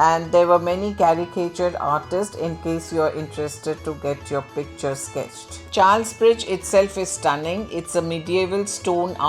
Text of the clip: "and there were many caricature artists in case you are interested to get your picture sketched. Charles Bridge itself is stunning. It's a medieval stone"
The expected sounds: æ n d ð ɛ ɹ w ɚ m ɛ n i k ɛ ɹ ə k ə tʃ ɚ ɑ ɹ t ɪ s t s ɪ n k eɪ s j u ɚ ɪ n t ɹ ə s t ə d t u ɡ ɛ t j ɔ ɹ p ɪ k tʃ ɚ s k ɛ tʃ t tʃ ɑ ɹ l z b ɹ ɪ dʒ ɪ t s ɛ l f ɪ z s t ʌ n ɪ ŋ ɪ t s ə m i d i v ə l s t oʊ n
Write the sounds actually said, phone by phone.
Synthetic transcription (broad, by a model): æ n d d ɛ ɹ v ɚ m ɛ n i k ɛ ɹ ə k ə tʃ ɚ ɑ ɹ t ɪ s t s ɪ n k eɪ s j u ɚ ɪ n t ɹ ə s t ə d t u ɡ ɛ t j ɔ ɹ p ɪ k tʃ ɚ s k ɛ tʃ t tʃ ɑ ɹ l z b ɹ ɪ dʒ ɪ t s ɛ l f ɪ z s t ʌ n ɪ ŋ ɪ t s ə m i d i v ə l s t oʊ n